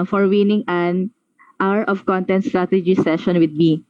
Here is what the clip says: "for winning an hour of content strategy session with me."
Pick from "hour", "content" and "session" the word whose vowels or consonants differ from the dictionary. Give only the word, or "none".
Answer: none